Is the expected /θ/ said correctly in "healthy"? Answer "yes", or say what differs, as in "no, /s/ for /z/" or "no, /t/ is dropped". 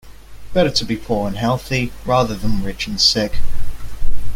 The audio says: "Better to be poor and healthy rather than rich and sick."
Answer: yes